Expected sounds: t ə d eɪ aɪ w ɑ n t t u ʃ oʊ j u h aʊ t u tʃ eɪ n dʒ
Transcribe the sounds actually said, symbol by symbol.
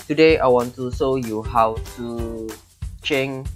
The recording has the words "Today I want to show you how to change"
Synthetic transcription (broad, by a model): t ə d eɪ aɪ w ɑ n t t u s oʊ j u h aʊ t u tʃ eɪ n